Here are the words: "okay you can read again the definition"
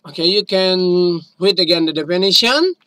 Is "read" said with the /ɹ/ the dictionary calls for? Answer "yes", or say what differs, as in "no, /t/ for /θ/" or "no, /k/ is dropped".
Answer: no, /w/ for /ɹ/